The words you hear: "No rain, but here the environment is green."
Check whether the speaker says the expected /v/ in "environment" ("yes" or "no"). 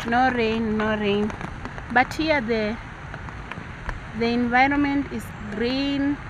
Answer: yes